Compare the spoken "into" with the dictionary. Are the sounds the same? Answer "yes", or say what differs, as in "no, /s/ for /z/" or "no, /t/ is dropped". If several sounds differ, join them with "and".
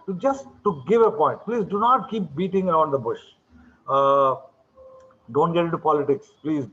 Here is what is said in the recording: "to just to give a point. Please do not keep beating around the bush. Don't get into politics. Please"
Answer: no, /n/ is dropped